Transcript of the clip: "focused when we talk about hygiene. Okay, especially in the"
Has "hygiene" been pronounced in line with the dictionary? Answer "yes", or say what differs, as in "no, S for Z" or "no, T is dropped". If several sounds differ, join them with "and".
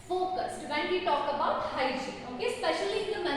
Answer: no, JH is dropped